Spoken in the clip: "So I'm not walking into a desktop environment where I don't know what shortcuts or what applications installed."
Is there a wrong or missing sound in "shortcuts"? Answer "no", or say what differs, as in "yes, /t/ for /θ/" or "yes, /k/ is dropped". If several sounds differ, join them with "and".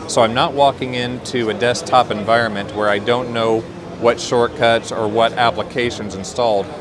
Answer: no